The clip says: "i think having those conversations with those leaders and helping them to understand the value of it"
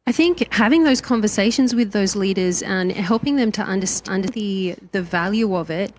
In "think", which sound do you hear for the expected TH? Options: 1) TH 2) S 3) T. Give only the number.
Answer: 1